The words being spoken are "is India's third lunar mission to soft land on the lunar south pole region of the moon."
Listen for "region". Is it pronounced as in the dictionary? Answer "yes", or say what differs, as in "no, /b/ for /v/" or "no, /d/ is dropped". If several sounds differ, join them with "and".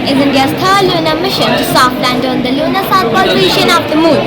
no, /ʃ/ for /dʒ/